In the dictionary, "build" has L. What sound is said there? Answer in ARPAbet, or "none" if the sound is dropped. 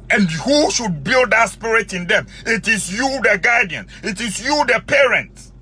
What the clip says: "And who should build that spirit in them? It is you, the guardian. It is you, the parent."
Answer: L